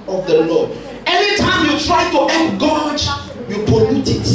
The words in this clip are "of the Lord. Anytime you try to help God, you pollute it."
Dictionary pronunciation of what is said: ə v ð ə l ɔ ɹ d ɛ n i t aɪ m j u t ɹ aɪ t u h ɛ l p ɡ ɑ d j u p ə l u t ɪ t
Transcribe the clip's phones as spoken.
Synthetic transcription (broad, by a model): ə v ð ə l ɔ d ɛ n i t aɪ m j u t ɹ aɪ t u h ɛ p ɡ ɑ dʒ j u p ə l u t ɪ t